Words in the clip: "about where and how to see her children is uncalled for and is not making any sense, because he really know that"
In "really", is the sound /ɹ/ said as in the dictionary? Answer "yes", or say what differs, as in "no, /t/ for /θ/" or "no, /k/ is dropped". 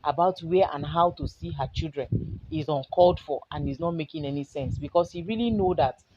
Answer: yes